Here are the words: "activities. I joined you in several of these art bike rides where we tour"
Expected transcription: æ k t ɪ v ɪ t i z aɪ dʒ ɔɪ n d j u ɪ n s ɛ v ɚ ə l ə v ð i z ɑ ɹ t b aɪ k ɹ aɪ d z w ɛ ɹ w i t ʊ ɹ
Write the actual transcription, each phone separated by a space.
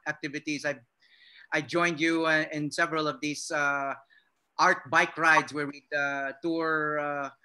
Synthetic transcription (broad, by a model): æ k t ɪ v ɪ t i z aɪ dʒ ɔɪ n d j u ɪ n s ɛ v ɚ ə l ə v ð i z ɑ ɹ t b aɪ k ɹ aɪ d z w ɛ ɹ w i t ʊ ɹ